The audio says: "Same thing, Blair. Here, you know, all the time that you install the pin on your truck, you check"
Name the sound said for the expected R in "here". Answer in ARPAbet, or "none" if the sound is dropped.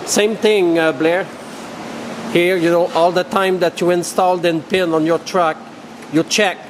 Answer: R